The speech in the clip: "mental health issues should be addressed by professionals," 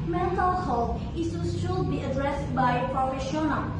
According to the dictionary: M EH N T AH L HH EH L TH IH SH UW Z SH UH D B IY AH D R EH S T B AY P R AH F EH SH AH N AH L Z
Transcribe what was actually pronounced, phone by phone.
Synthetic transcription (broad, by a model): M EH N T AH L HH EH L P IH S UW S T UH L B IY AH D R EH S T B AY P R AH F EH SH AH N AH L